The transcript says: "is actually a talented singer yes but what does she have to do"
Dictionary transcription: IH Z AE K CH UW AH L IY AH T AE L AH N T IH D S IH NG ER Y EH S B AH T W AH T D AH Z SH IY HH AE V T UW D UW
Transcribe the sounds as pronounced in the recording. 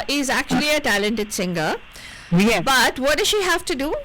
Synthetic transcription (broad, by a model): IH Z AE K CH UW AH L IY AH T AE L AH N T IH D S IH NG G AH B AH T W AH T D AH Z SH IY HH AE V T UW D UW